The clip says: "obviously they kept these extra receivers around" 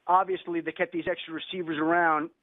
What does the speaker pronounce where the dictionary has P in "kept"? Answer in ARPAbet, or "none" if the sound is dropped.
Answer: none